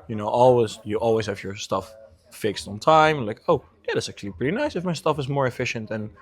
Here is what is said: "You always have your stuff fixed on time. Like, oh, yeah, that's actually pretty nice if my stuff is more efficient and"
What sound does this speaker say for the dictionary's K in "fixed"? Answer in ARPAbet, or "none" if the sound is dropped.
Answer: K